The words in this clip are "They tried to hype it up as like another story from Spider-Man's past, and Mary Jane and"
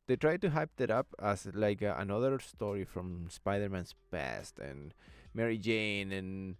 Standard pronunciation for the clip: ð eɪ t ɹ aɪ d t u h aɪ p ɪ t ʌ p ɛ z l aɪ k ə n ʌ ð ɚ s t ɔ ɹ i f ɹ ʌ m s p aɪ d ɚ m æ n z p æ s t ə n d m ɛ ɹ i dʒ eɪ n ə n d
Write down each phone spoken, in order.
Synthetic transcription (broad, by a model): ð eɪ t ɹ aɪ d t u h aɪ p ɪ t ʌ p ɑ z l aɪ k ə n ʌ ð ɚ s t ɔ ɹ i f ɹ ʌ m s p aɪ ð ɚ m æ n s p æ s t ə n m ɛ ɹ i dʒ eɪ n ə n